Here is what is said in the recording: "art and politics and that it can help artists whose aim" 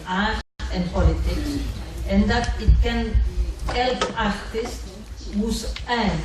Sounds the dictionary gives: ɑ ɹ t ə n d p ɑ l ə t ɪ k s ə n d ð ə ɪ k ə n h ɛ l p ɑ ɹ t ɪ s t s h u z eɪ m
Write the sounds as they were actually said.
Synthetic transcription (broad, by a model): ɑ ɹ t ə n p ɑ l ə t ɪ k ə n d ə ɪ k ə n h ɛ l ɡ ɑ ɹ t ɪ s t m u s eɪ